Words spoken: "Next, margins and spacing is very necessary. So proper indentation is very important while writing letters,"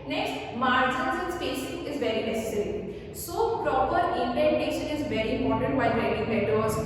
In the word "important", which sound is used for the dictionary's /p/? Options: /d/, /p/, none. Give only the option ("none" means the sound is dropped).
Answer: none